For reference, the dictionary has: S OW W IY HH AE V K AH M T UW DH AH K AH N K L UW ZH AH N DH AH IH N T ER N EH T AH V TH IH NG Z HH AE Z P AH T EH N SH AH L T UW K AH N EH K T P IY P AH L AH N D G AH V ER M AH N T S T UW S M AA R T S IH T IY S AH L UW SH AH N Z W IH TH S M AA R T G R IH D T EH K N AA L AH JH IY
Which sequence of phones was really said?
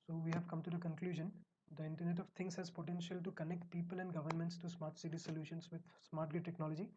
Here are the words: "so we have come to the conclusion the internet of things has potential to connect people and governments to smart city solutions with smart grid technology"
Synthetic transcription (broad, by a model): S OW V IY HH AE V K AH M T UW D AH K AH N K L UW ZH AH N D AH IH N T ER N EH T AH V T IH NG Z HH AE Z P AH T EH N SH AH L T UW K AH N EH K T P IY P AH L AH N D G AH V ER M AH N T S T UW S M AA R T S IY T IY S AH L UW SH AH N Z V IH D S M AA R T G IH T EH K N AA L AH JH IY